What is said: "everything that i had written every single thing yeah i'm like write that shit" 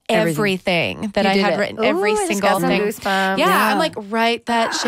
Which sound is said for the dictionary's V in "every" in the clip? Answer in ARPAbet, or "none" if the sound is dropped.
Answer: V